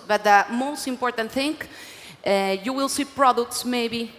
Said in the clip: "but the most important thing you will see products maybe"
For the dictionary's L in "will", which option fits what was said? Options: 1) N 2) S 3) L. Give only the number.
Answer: 3